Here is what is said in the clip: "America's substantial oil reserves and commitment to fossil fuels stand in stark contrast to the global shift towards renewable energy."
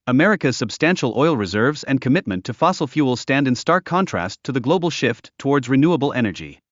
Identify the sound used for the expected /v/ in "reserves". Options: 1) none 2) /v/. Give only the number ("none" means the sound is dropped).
2